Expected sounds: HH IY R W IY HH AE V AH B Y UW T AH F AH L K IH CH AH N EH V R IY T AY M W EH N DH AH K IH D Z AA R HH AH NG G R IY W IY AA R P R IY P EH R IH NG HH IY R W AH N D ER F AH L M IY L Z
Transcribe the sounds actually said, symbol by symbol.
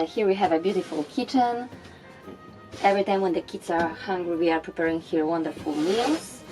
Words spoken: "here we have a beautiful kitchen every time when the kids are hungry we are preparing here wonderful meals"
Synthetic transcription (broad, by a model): HH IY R W IY HH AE V AH B Y UW T AH F AH L K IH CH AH N EH V R IY T AY M W EH N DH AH K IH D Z AA R HH AH NG G R IY W IY AA R P R IY P EH R IH NG HH IY R W AH N D ER F AH L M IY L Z